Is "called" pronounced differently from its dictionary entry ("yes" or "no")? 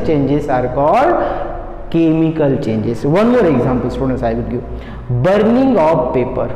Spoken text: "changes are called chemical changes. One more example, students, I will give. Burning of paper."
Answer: yes